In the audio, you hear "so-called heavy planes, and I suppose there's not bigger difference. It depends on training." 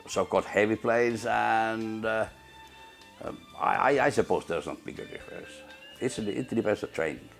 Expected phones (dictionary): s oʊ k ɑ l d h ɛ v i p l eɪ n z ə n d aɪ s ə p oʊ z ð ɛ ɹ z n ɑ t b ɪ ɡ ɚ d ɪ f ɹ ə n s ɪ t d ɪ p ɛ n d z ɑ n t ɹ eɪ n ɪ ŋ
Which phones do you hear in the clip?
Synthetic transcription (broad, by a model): s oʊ k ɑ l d h ɛ v i p l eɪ z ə n d aɪ s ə p oʊ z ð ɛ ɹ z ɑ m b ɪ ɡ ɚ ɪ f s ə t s ɪ t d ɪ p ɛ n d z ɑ t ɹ eɪ n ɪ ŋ